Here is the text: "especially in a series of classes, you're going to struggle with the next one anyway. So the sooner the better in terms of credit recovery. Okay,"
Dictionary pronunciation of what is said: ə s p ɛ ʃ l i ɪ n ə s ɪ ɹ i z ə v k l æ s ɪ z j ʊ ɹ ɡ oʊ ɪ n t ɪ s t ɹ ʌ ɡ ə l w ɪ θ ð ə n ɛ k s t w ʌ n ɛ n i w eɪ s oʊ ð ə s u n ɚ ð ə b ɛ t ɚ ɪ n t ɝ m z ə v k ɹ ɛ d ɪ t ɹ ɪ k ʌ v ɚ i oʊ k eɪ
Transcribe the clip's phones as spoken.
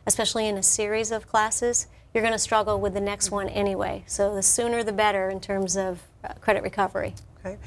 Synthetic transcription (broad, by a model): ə s p ɛ ʃ l i ɪ n ə s ɪ ɹ i z ə v k l æ s ɪ z j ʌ ɹ ɡ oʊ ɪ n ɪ s t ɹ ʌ ɡ l w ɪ ð ə n ɛ k s t w ʌ n ɛ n i w eɪ s oʊ ð ə s u n ɚ ð ə b ɛ t ɚ ɪ n t ɝ m z ə v k ɹ ɛ d ɪ t ɹ ɪ k ʌ v ɚ i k